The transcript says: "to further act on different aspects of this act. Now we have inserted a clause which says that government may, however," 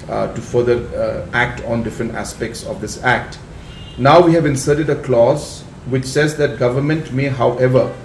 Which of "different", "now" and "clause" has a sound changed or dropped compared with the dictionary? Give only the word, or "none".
none